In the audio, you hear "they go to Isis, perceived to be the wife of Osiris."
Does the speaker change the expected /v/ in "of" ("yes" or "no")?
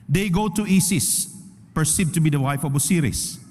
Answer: yes